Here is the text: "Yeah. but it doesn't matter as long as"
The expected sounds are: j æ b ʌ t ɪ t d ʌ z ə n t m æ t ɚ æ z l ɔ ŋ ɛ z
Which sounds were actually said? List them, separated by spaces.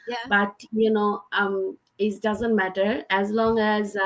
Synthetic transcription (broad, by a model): j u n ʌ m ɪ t d ʌ z ə n t m æ t ɚ æ z l ɔ ŋ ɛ z